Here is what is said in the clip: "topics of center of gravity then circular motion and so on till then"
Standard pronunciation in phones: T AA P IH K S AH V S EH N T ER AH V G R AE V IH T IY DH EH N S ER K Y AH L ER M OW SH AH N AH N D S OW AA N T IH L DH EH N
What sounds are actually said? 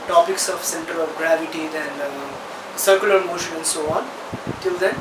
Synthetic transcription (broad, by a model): T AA P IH K S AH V S EH N T ER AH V G R AE V IH T IY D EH N S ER K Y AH L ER M OW SH AH N AH N D S OW AA N T IH L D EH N